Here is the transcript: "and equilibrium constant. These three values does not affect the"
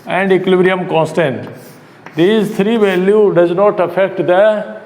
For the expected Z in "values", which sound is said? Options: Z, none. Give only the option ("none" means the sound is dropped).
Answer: none